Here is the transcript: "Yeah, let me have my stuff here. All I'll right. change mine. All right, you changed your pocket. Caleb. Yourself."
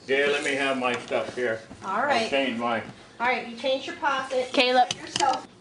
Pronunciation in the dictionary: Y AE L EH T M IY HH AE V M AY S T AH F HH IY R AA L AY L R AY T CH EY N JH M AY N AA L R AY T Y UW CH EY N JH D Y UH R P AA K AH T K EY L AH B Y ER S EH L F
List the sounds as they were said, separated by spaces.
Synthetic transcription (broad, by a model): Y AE L EH T M IY HH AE V M AY S T AH F HH IY R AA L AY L R AY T CH EY N JH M AY AA L R AY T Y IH CH EY N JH Y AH R P AA K AH T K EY L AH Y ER S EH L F